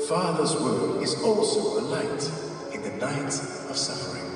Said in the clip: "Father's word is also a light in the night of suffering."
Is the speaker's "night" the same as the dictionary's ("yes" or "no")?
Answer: yes